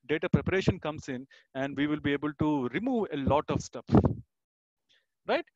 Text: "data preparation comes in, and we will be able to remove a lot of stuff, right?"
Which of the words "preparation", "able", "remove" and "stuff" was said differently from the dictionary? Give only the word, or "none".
stuff